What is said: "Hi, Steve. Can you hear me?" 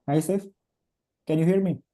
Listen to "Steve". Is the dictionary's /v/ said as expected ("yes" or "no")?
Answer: no